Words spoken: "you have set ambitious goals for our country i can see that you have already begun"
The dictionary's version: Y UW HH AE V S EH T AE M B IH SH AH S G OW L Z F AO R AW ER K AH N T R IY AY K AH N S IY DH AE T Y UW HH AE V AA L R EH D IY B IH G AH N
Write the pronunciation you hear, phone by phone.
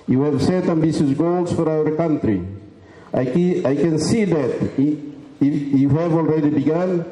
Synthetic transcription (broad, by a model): Y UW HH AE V S EH T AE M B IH S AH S G OW L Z F AO R AW ER K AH N T R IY AY K AH N S IY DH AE T Y UW HH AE V AA L R EH D IY B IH G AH N